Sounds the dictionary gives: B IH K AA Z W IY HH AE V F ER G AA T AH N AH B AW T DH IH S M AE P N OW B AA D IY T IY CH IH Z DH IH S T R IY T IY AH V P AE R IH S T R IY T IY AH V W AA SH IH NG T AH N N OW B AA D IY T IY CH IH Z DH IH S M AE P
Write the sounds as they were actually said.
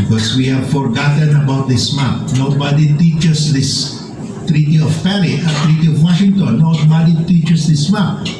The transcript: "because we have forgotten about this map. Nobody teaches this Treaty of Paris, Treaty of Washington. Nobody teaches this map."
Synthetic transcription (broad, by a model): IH K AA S W IY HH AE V F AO G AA T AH N AH B AW T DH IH S M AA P N OW B AA D IY T IY CH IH S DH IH S T R IY T IY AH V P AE L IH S T R IY T IY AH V W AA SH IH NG T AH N N OW B AA D IY T IY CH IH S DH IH S M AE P